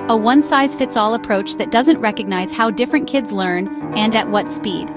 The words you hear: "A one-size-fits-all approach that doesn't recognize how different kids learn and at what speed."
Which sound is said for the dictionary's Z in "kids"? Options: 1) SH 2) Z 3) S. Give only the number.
2